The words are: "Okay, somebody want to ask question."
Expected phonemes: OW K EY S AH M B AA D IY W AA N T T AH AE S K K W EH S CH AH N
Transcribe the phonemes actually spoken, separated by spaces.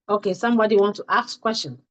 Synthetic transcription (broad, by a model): OW K EY S AH M B AA D IY W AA N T T AH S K K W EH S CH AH N